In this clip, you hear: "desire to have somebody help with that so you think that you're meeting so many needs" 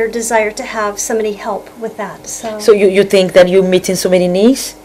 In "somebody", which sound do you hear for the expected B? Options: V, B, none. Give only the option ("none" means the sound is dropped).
none